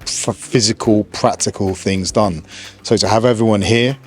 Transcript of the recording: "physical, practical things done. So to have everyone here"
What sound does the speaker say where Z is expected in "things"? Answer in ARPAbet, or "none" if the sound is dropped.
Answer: Z